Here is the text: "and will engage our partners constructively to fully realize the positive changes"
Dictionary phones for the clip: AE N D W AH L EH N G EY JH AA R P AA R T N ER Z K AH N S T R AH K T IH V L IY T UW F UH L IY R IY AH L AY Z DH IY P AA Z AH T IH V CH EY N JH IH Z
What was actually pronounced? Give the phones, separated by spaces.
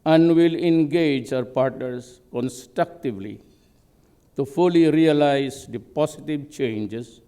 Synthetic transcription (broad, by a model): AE N D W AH L EH N G EY JH AA R P AA R T N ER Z K AH N S T R AH K T IH V L IY T UW F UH L IY R IY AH L AY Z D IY P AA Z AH T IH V CH EY N JH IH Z